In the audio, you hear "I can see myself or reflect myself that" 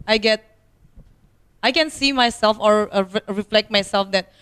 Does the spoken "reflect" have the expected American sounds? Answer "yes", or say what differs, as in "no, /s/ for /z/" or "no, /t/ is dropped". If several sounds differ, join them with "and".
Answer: yes